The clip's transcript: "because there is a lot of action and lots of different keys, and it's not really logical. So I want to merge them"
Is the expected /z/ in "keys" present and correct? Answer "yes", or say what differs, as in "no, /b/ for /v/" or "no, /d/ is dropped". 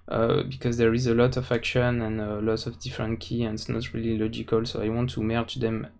no, /z/ is dropped